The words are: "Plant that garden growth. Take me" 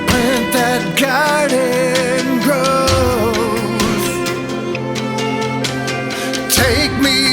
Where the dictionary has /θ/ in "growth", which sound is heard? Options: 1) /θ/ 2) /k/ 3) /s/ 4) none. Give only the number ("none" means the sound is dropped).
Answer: 3